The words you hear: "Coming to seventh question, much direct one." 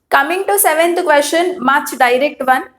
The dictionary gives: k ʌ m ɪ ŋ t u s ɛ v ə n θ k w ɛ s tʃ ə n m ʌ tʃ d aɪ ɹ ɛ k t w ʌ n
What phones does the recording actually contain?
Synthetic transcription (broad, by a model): k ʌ m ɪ ŋ t u s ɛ v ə n t k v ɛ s ʃ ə n m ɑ tʃ d aɪ ɹ ɛ k t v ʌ n